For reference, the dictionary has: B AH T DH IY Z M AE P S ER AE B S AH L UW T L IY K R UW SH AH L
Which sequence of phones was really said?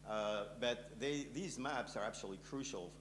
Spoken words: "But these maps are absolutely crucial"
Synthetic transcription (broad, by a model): B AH T DH IY Z M AE P S ER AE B S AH L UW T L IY K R UW SH L